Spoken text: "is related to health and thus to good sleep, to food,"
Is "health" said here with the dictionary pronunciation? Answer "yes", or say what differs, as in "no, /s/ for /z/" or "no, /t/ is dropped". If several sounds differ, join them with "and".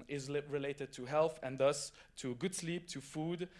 yes